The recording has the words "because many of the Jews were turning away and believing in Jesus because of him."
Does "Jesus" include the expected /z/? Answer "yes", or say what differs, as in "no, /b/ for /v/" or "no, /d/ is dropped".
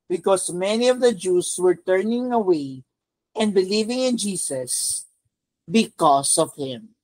no, /s/ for /z/